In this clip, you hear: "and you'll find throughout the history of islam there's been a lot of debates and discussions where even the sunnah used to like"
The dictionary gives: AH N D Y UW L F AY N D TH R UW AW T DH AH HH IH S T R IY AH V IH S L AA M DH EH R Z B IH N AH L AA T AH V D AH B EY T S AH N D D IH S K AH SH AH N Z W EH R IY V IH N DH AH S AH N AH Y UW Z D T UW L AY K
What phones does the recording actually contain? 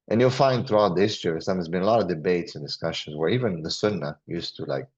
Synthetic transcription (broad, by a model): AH N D Y UW L F AY N D TH R UW AW T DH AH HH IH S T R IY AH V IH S AA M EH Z B IH N AH L AA T AH V D AH B EY T S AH N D D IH S K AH SH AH N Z W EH R IY V IH N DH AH S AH N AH Y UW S T UW L AY K